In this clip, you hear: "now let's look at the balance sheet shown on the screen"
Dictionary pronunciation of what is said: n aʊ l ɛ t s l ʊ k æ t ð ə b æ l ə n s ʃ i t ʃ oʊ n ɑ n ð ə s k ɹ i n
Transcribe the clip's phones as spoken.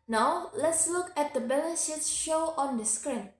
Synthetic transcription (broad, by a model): n aʊ l ɛ t s l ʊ k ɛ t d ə b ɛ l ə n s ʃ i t ʃ oʊ ɑ n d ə s k ɹ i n